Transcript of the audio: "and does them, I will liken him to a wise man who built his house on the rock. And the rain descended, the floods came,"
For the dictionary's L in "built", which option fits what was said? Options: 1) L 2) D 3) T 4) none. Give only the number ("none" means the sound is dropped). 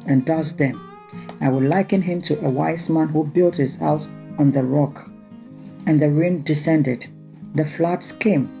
1